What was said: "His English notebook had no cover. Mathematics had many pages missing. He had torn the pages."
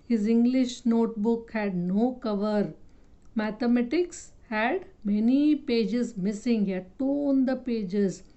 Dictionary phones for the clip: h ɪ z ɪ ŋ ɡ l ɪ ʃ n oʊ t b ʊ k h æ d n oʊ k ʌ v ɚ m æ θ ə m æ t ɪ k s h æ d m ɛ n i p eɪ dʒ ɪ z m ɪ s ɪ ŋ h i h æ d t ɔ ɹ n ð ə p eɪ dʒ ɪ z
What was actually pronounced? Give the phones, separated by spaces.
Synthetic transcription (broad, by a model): h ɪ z ɪ ŋ ɡ l ɪ ʃ n oʊ t b ʊ k h æ d n oʊ k ʌ v ɚ m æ t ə m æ t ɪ k s h æ d m ɛ n i p eɪ dʒ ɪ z m ɪ s ɪ ŋ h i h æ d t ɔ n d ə p eɪ dʒ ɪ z